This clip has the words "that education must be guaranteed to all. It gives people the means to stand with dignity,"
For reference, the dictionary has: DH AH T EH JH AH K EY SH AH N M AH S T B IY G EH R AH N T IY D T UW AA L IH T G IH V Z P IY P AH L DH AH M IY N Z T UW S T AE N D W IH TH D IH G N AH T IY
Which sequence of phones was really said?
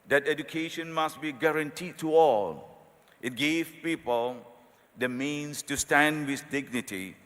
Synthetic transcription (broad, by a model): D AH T EH JH AH K EY SH AH N M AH S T B IY G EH R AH N T IY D T UW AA L IH T G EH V P IY P AH L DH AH M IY N S T UW S T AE N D W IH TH D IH G N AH T IY